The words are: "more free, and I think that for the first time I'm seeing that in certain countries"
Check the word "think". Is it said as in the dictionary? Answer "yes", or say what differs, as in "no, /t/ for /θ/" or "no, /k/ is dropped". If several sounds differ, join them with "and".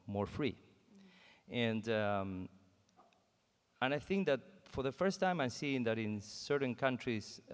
yes